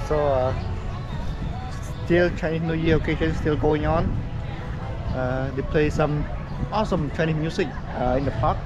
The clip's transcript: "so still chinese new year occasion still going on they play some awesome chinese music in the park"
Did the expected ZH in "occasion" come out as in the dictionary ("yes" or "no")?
no